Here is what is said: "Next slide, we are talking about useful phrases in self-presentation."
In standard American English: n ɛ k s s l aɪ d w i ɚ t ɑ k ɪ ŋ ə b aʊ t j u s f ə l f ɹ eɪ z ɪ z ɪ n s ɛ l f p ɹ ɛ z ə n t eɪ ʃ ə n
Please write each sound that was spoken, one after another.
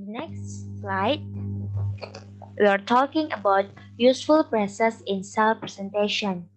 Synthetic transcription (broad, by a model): n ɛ k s s l aɪ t w i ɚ t ɑ k ɪ ŋ ə b aʊ t j u s f ə l p ɹ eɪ s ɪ s ɪ n s ɛ l f p ɹ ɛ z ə n t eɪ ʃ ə n